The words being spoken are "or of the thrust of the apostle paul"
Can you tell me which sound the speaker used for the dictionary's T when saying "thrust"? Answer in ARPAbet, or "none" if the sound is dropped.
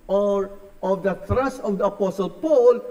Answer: none